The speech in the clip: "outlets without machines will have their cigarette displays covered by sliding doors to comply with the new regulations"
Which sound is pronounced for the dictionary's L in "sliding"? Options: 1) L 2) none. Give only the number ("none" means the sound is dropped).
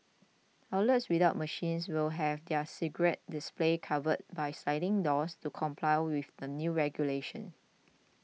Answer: 2